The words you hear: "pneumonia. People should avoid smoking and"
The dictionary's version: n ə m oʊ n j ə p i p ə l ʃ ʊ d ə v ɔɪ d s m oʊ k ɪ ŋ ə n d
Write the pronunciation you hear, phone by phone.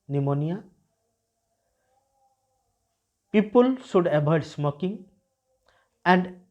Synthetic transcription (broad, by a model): n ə m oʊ n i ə p i p ə l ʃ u d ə b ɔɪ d s m oʊ k ɪ ŋ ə n d